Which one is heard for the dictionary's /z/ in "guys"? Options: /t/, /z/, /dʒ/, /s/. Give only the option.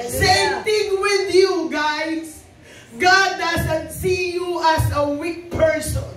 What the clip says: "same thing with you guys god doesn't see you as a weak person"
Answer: /s/